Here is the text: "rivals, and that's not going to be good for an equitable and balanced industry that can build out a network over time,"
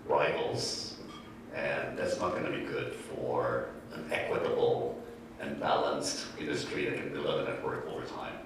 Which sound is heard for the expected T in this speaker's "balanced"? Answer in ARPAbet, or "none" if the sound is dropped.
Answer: T